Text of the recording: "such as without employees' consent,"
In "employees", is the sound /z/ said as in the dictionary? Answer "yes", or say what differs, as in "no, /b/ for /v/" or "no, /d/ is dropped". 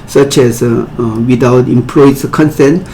no, /z/ is dropped